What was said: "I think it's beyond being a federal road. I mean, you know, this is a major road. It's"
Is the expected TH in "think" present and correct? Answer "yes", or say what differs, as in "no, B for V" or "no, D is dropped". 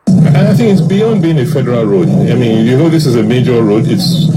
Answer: yes